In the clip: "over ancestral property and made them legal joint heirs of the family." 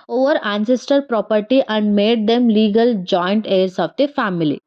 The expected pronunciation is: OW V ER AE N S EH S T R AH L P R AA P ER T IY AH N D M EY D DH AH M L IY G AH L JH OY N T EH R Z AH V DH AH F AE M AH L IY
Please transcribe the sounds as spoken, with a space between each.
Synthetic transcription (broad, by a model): OW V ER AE N S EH S T AH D P R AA P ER T IY AH N D M EY D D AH M L IY G AH L JH OY N T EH R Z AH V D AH F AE M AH L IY